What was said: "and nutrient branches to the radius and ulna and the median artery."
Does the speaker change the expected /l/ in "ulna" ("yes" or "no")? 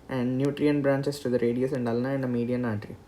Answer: no